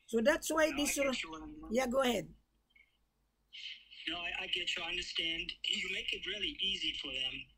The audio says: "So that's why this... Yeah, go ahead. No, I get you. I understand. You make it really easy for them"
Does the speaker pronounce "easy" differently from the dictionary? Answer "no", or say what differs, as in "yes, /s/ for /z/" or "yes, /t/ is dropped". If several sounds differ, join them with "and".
no